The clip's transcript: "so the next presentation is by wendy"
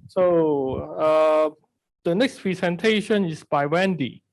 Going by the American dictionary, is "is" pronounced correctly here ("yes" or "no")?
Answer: no